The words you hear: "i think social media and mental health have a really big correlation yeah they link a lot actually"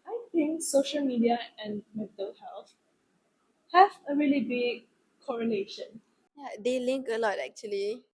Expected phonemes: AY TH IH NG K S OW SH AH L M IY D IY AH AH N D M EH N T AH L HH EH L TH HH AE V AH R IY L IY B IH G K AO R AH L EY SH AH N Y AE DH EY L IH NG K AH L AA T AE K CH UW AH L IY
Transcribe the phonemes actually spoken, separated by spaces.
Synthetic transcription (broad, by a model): AY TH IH NG K S OW SH AH L M IY D IY AH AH N M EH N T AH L HH EH L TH HH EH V AH R IY L IY B IH G K AO R AH L EY SH AH N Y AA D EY L IH NG K AH L AA T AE K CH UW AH L IY